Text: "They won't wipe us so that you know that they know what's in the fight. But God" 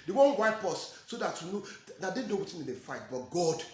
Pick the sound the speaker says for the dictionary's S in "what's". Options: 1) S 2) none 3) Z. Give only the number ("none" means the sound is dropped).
2